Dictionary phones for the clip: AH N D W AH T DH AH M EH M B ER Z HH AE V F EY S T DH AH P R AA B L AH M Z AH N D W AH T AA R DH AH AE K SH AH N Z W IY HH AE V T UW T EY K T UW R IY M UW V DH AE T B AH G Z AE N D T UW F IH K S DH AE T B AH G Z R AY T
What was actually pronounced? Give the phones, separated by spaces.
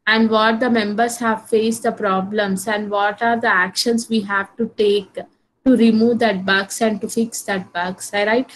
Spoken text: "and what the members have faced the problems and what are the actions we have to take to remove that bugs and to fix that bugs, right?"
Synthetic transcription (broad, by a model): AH N D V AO T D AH M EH M B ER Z HH AE V F EY S T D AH P R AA B L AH M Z AH N D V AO T AA R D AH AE K SH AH N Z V IY HH AE V T UW T EY K T UW R IY M UW V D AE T B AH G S AE N D T UW F IH K S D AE T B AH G S R AY T